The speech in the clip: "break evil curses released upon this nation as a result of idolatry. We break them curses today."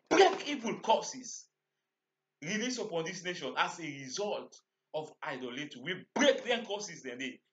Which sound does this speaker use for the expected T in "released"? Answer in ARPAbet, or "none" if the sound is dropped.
none